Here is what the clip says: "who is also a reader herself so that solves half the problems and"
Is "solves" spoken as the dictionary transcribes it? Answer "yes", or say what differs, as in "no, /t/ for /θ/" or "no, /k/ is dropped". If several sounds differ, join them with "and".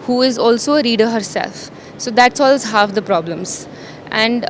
no, /v/ is dropped